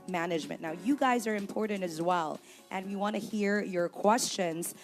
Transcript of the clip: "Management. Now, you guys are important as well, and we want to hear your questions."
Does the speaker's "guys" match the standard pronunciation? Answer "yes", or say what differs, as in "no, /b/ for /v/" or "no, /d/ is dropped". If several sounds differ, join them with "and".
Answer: yes